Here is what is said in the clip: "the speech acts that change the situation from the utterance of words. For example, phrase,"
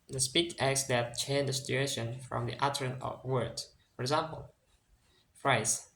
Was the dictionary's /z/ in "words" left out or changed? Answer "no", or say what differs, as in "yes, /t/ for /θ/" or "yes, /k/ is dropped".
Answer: yes, /z/ is dropped